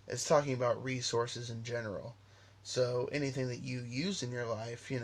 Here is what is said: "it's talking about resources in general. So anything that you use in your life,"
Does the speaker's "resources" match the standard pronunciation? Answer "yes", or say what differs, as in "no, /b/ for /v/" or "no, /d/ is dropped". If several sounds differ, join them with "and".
yes